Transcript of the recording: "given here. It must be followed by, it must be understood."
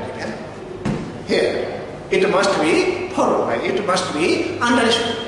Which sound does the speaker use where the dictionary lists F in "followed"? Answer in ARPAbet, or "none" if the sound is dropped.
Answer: P